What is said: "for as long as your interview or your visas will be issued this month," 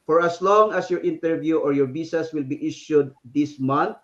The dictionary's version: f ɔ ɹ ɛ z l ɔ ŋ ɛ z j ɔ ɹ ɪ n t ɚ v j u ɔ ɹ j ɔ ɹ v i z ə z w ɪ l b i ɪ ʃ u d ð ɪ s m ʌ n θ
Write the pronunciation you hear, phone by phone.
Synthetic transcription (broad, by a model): f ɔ ɹ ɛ s l ɔ ŋ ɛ s j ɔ ɹ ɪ n t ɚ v j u ɔ ɹ j ɔ ɹ b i s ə s w ɪ l b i ɪ ʃ u d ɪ s m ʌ n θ